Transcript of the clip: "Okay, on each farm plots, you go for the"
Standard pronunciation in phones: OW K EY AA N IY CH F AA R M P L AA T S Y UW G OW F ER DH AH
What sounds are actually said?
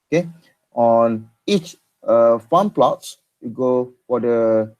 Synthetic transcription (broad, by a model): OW K EY AA N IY CH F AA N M P L AA T S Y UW G OW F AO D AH